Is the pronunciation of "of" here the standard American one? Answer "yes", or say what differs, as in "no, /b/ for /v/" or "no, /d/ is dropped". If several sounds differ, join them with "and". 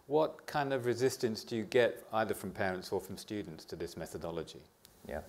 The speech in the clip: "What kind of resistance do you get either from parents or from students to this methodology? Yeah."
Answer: yes